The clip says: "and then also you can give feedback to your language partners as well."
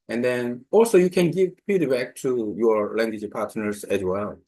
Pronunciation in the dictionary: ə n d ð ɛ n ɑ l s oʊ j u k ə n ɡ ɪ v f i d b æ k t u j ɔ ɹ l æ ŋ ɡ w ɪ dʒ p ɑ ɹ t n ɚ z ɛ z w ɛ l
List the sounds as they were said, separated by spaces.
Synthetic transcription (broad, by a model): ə n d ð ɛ n ɑ l s oʊ j u k ə n ɡ ɪ v p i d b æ k t u j ɔ ɹ l æ ŋ ɡ w ɪ dʒ p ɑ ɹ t n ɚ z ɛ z w ɛ l